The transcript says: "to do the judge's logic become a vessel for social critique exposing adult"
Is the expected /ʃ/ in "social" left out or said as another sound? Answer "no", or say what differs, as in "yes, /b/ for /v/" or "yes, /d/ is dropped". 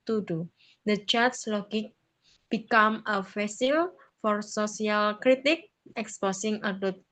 yes, /s/ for /ʃ/